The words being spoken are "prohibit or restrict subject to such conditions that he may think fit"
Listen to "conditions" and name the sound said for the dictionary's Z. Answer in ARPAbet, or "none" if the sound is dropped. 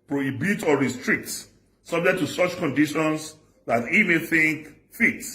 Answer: S